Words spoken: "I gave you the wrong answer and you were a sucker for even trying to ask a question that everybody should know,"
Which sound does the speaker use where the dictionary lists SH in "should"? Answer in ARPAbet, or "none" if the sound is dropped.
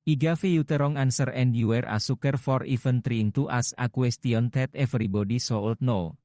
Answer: S